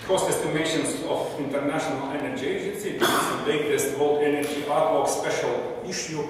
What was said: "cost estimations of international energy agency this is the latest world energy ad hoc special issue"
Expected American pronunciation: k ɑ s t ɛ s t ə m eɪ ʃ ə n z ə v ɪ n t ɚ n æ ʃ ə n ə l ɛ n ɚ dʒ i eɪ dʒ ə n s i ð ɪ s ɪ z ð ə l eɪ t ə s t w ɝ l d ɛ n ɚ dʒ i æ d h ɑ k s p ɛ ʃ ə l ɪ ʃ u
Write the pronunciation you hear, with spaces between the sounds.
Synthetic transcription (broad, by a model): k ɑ s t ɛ s t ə m eɪ ʃ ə n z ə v ɪ n t ɚ n æ ʃ ə n ə l ɛ n ɚ dʒ i eɪ dʒ ə n s i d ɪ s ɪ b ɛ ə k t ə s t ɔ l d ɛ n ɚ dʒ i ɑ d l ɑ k s p ɛ ʃ ə l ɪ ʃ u